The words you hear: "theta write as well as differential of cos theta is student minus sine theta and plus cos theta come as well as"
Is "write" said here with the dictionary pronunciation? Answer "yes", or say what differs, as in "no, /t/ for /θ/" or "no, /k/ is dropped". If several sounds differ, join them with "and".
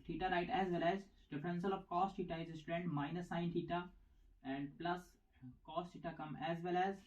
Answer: yes